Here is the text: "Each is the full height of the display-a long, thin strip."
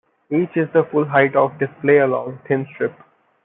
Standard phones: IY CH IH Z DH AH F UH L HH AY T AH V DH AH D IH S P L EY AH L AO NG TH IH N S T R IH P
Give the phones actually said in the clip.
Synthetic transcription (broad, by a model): IY CH IH Z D AH F UH L HH AY T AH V D IH S P L EY AH L AO NG T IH N S T R IH P